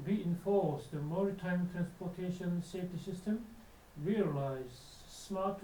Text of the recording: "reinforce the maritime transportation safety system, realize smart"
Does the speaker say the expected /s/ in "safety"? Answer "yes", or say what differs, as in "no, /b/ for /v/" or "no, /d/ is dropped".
yes